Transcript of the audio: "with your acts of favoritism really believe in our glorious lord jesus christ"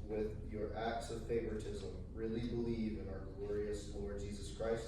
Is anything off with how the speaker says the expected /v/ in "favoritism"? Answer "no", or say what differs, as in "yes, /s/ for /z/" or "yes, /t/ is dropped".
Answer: no